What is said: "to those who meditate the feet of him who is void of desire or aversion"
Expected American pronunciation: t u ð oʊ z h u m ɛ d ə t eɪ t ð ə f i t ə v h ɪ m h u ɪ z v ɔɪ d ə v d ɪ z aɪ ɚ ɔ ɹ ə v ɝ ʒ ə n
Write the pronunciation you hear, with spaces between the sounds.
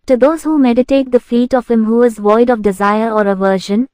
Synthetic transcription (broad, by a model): t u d oʊ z h u m ɛ d ə t eɪ t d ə f i t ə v h ɪ m h u ɪ z v ɔɪ d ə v d ɪ z aɪ ɚ ɔ ɹ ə v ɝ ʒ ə n